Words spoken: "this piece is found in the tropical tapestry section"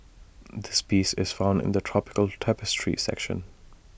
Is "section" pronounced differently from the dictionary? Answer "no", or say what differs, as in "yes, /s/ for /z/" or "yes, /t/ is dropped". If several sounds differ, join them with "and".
no